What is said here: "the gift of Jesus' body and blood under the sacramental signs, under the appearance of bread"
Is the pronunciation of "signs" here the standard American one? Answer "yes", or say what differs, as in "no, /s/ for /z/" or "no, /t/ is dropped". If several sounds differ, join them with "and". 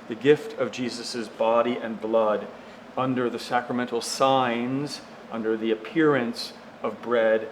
yes